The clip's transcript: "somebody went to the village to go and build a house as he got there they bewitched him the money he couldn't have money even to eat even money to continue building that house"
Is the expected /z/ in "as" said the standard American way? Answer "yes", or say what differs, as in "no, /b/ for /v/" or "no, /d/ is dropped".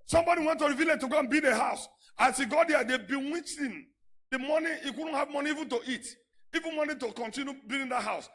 no, /s/ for /z/